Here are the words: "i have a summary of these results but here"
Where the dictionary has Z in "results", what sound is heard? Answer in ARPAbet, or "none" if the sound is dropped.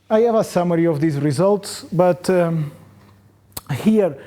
Z